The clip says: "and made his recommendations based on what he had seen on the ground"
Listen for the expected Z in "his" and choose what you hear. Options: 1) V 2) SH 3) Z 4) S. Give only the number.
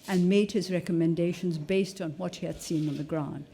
3